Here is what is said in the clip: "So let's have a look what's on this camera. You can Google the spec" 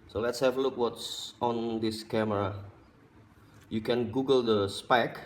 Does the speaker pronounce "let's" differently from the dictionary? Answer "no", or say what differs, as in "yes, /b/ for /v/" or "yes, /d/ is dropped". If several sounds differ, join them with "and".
no